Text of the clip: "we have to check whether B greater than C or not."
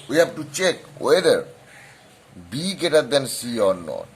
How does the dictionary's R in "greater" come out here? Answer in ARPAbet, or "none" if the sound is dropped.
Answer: none